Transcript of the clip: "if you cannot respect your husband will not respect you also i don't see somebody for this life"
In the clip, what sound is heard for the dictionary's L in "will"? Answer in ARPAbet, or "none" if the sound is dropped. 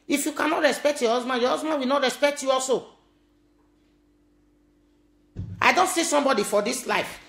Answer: W